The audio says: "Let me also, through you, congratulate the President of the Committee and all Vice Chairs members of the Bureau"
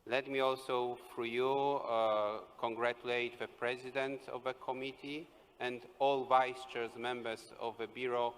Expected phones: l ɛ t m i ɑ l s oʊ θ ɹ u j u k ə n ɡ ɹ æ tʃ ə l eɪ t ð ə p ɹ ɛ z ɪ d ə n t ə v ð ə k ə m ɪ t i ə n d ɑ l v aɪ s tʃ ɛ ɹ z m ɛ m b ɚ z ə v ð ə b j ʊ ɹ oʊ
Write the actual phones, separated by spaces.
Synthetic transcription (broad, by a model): l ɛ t m i ɑ l s oʊ f ɹ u j u k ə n ɡ ɹ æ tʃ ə l eɪ t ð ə p ɹ ɛ z ɪ d ə n t ə v ð ə k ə m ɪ t i ə n d ɑ l v aɪ s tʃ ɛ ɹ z m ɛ m b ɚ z ə v ð ə b j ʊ ɹ oʊ